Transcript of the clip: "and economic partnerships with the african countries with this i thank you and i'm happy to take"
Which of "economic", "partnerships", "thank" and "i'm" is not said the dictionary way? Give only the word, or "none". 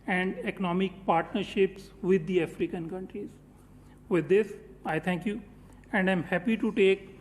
thank